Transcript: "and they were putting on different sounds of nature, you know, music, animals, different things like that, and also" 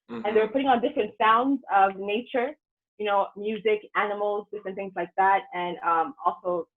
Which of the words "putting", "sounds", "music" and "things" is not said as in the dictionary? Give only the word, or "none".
none